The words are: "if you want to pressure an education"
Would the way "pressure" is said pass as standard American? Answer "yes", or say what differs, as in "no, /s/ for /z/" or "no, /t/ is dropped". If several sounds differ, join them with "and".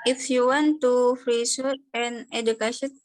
no, /f/ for /p/ and /s/ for /ʃ/